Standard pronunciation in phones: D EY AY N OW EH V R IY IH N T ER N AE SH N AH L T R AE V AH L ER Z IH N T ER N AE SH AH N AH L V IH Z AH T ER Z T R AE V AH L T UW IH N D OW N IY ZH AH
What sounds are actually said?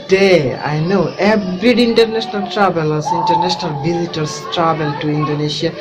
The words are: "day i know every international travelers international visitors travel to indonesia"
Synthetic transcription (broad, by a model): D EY AY N OW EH R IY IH N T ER N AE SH N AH L T R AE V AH L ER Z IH N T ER N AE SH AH N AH L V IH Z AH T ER S T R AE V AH L T UW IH N D OW N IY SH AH